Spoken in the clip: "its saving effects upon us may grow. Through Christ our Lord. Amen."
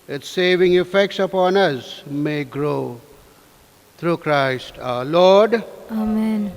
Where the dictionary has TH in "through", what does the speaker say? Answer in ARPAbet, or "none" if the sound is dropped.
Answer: T